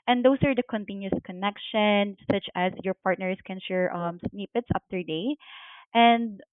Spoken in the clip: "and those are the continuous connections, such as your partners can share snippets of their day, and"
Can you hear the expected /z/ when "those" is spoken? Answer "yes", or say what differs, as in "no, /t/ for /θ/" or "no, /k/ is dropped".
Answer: no, /s/ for /z/